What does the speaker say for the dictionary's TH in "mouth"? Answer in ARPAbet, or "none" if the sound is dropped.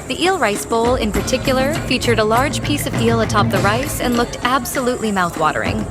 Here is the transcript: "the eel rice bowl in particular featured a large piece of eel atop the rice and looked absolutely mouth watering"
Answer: TH